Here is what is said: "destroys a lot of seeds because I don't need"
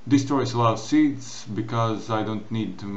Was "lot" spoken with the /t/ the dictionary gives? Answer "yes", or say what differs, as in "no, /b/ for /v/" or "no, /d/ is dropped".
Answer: no, /t/ is dropped